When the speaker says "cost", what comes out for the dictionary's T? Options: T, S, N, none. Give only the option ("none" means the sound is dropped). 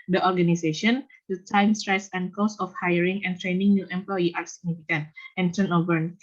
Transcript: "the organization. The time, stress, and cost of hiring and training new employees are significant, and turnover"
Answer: none